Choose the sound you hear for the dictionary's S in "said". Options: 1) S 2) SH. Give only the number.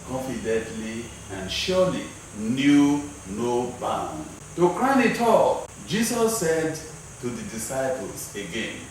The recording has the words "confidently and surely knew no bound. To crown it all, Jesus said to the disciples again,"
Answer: 1